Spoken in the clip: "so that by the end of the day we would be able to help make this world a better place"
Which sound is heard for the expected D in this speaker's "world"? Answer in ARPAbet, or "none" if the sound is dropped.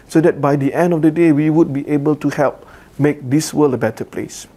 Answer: none